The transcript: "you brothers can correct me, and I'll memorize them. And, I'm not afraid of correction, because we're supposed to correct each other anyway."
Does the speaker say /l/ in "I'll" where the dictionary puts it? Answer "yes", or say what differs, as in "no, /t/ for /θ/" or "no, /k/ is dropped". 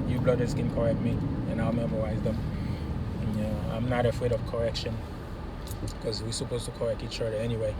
yes